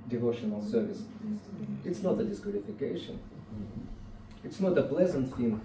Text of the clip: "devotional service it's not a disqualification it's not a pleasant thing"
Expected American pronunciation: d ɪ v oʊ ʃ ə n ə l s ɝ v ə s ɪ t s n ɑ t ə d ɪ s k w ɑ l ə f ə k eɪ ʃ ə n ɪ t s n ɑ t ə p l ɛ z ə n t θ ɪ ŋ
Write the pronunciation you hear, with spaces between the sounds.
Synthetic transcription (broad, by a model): d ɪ v oʊ ʃ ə n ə l s ɝ v ə s ɪ t s n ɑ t ə d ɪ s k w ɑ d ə f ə k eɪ ʃ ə n ɪ t s n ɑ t ə p l ɛ z ə n t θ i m